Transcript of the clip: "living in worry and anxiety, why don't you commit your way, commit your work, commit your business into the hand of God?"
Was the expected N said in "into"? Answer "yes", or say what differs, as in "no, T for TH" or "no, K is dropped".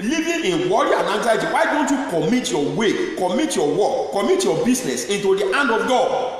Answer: yes